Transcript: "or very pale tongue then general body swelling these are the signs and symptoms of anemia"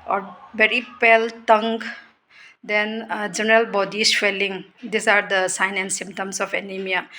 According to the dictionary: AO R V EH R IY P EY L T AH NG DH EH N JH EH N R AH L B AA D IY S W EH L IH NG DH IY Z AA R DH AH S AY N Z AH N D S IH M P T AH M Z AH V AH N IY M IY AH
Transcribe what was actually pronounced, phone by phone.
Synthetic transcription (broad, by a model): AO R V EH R IY P EY L T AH NG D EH N JH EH N R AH L B AA D IY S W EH L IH NG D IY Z AA R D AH S AY N AH N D S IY M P T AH M S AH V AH N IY M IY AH